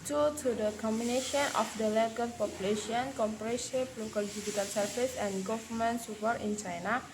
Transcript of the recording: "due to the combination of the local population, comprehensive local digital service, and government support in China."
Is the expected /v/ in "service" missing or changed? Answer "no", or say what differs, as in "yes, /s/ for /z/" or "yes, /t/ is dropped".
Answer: yes, /f/ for /v/